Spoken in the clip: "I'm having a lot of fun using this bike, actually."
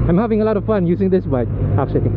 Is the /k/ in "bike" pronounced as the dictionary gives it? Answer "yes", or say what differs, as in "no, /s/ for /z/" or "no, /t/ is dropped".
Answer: no, /k/ is dropped